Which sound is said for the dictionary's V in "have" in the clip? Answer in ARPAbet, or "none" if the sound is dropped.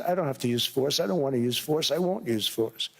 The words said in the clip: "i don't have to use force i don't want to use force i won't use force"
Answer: F